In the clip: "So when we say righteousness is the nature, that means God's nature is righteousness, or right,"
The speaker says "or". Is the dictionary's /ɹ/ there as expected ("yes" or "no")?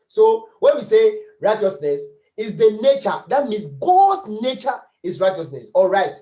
no